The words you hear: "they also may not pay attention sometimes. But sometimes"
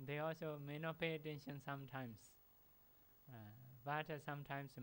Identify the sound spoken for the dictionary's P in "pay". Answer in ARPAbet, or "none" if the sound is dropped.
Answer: P